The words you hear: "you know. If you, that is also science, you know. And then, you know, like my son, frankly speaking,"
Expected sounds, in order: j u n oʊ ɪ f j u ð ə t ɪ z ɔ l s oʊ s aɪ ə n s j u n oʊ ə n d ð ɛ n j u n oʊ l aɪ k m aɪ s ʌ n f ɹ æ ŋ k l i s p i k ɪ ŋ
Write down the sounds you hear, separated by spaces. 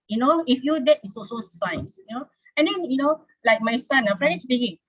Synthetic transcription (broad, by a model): j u n oʊ ɪ f j u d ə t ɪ s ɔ s oʊ s aɪ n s j u n oʊ ə n d ɛ n j u n oʊ l aɪ k m aɪ s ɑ n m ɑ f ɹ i s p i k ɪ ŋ